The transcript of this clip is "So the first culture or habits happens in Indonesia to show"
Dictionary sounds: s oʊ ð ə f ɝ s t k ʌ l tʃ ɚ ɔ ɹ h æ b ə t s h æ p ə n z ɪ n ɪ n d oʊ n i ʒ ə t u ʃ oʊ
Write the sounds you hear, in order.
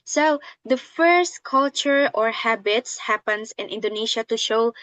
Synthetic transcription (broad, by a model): s oʊ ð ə f ɝ s t k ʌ l tʃ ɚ ɔ ɹ h æ b ə t s h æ p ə n s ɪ n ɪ n d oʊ n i ʃ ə t u ʃ oʊ